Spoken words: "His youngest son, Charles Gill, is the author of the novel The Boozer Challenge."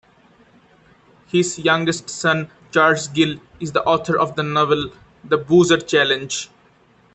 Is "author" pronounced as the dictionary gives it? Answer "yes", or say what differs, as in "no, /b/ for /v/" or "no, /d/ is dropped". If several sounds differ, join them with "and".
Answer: no, /t/ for /θ/